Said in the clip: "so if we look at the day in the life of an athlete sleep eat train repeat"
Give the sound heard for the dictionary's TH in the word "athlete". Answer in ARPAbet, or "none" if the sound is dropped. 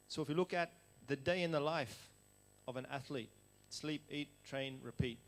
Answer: TH